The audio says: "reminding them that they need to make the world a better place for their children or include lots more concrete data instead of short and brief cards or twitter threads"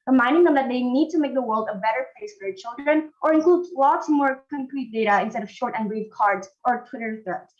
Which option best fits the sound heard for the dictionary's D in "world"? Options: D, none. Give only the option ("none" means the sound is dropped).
D